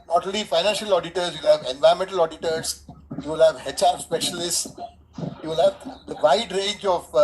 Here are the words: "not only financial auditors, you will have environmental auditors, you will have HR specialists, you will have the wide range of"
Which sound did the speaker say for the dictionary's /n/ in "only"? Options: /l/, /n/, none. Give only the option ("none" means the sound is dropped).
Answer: none